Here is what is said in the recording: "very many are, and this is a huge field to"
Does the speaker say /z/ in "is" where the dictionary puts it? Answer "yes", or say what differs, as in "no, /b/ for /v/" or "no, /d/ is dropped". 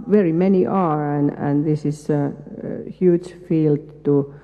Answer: no, /s/ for /z/